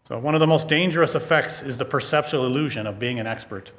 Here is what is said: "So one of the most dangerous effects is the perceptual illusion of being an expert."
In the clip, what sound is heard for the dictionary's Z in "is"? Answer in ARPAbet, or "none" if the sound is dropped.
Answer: Z